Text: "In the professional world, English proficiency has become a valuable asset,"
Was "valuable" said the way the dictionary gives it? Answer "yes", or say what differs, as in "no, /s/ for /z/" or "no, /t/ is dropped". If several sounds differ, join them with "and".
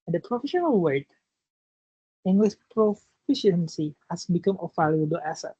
no, /b/ is dropped